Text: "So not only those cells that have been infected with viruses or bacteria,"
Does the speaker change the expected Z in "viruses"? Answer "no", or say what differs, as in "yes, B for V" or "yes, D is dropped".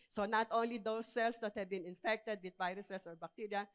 yes, S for Z